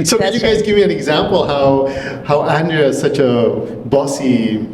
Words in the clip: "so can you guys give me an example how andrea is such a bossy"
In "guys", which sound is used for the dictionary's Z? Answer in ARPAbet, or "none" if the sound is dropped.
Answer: Z